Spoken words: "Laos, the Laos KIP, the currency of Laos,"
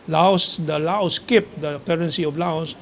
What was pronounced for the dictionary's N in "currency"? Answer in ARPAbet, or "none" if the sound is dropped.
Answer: N